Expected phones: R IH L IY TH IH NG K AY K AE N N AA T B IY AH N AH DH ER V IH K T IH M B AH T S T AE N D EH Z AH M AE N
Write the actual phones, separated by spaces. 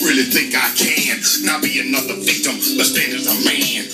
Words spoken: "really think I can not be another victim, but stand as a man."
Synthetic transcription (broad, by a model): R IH L IY TH IH NG K AY K AE N N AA T B IY AH N AH DH ER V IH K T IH M B AH T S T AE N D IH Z AH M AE N